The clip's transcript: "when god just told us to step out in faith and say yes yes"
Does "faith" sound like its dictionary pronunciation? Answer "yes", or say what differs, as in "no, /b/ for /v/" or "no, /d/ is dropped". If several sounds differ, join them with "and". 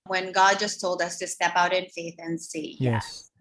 yes